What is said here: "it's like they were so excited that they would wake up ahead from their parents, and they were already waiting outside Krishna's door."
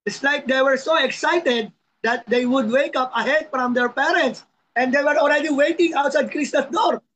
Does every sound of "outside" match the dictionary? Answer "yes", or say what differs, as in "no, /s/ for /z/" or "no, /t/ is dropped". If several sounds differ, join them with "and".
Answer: yes